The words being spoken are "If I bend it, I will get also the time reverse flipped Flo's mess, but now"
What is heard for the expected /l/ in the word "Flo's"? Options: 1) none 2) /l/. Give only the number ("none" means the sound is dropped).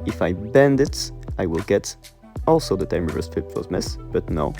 1